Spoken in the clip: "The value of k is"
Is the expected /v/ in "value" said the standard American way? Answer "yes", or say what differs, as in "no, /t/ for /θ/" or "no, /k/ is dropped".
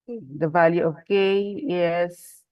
yes